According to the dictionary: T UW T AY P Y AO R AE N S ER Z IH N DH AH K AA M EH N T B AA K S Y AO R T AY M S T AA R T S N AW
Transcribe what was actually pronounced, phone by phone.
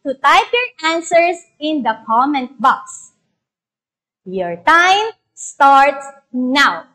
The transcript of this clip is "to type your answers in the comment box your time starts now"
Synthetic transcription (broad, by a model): T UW T AY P Y AO R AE N S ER S IH N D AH K AA M EH N T B AA K S Y AO R T AY M S T AA R T S N AW